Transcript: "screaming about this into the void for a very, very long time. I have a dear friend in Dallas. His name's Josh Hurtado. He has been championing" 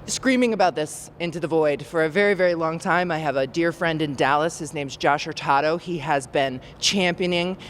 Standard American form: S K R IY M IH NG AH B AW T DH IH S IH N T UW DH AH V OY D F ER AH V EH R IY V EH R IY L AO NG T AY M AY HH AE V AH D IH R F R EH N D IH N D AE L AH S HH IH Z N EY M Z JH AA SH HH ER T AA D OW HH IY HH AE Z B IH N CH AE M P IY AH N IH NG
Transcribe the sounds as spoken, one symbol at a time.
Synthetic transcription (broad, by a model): S K R IY M IH NG AH B AW T DH IH S IH N T UW DH AH V OY D F ER AH V EH R IY V EH R IY L AO NG T AY M AY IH V AH D IH R F R EH N D IH N D AE L AH S HH IH Z N EY M Z JH AA SH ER T AA D OW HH IY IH Z B IH N CH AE M P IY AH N IH NG